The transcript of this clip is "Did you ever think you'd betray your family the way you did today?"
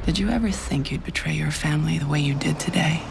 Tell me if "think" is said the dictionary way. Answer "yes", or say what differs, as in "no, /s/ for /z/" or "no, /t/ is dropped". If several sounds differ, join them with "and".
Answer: yes